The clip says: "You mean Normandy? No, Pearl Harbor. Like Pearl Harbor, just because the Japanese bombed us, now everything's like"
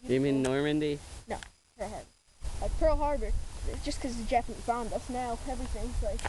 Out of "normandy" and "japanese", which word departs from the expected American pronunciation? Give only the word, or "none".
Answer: japanese